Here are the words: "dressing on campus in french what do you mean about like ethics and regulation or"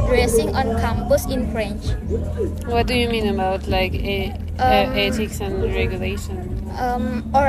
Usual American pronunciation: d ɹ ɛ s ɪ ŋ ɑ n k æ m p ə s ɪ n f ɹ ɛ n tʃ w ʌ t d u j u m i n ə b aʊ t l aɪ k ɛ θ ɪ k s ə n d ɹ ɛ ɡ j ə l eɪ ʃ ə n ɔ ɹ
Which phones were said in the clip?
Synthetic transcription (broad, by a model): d ɹ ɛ s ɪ ŋ ɑ n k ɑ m b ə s ɪ n f ɹ ɛ n tʃ w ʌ t d u j u m i n ə b aʊ t l aɪ k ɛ t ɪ k s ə n ɹ ɛ ɡ j ə l eɪ ʃ ə n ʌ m